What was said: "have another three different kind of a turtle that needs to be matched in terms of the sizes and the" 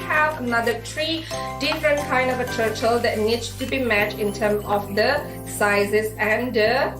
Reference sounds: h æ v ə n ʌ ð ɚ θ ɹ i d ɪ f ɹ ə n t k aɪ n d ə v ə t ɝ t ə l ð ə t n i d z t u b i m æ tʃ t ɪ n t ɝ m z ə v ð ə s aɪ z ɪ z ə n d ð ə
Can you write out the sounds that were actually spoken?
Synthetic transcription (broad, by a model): h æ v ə n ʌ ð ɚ t ɹ i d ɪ f ɹ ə n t k aɪ n d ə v ə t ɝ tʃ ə l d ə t n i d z t u b i m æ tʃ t ɪ n t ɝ m ə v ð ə s aɪ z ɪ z ə n d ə